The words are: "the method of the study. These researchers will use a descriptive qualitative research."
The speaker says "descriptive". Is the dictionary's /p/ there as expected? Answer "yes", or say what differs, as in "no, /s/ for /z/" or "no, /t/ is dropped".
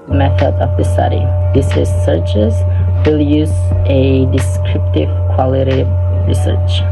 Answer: yes